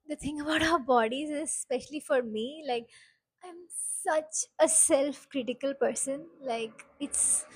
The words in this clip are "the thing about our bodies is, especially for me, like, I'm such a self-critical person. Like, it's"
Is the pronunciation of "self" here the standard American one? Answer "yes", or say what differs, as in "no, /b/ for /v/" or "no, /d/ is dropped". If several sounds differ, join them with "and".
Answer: yes